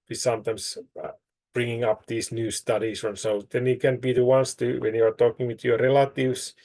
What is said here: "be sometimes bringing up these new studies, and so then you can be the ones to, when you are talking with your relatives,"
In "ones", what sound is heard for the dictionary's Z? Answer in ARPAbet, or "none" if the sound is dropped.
S